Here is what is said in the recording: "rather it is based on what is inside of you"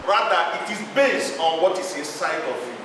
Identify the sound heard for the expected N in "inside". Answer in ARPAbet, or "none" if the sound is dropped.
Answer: none